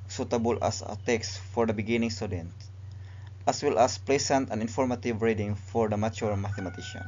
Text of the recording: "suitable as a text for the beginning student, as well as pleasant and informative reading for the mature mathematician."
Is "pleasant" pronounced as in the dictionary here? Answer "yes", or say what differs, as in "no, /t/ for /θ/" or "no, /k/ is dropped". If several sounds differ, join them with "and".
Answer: no, /s/ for /z/